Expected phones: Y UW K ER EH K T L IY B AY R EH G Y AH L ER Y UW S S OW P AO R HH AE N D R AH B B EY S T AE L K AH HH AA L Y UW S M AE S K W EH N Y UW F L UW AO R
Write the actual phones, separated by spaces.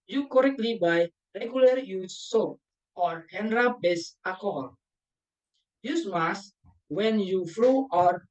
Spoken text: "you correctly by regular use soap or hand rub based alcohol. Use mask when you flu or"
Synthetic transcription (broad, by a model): Y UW K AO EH K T L IY B AY R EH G Y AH L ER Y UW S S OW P AO R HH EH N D R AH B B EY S AA K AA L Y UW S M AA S W EH N Y UW F L UW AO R